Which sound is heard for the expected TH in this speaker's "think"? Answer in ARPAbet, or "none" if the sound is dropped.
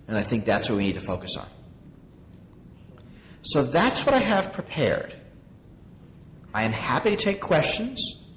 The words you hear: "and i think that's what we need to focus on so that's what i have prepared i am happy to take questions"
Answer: TH